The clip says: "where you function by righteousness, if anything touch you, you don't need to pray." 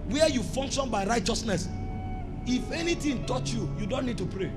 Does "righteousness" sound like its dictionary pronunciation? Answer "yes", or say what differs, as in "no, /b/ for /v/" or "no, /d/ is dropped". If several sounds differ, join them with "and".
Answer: yes